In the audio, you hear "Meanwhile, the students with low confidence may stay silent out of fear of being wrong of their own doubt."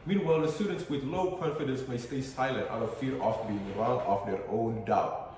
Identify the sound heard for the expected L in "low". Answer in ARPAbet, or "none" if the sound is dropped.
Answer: L